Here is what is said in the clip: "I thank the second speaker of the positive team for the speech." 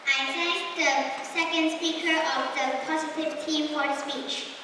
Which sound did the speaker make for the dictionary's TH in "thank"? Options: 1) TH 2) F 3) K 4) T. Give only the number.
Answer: 4